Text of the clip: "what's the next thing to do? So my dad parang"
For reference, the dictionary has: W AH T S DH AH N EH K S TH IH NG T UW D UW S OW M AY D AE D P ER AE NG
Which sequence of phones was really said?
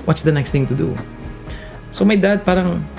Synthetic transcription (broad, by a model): W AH T S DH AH N EH K S T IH NG T UW D UW S OW M AY D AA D P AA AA NG